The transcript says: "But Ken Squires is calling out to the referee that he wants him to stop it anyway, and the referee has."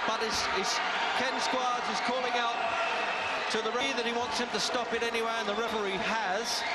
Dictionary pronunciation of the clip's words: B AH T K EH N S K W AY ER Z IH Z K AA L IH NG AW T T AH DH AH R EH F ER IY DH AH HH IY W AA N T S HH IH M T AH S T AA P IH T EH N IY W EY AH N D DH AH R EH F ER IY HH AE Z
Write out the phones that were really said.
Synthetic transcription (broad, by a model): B AH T K EH N S K W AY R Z IH Z K AA L IH NG AW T T AH DH AH R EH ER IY DH AH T IY W AA N T S HH IH M T AH S T AA P IH T EH N IY W EY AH N DH AH R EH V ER IY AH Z